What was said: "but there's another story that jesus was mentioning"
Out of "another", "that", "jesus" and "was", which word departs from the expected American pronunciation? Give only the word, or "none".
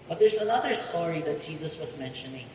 none